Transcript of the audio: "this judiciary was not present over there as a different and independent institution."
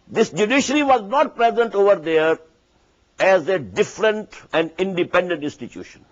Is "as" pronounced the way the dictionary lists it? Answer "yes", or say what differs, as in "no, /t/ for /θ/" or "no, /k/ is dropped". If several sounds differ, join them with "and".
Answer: yes